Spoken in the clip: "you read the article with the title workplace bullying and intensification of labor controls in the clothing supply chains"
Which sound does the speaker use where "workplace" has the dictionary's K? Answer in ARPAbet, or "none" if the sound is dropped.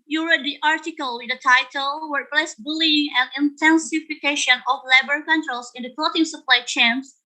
none